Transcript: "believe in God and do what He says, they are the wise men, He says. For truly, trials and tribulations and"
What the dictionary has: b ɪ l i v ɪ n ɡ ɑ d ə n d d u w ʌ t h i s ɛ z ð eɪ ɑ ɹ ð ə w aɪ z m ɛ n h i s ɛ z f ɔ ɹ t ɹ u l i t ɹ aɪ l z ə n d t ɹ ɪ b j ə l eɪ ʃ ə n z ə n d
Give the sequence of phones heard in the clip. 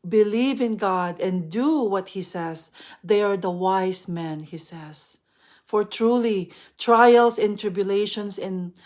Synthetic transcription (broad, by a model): b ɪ l i v ɪ n ɡ ɑ d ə n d d u w ʌ t h i s ɛ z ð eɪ ɑ ɹ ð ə w aɪ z m ɛ n h i s ɛ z f ɔ ɹ t ɹ u l i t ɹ aɪ l s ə n t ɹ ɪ b j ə l eɪ ʃ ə n s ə n